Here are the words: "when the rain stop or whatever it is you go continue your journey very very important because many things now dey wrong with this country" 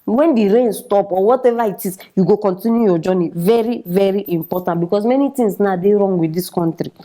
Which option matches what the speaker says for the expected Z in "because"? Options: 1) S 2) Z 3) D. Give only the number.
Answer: 1